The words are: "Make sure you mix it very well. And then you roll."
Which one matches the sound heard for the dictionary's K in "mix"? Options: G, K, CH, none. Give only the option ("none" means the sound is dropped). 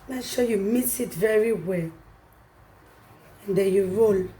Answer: none